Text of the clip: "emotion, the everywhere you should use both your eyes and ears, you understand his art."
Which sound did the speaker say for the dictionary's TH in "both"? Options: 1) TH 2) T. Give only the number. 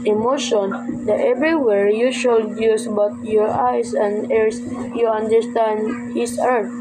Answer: 2